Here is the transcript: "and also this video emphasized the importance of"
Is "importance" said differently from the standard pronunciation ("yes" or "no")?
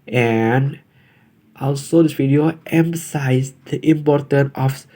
yes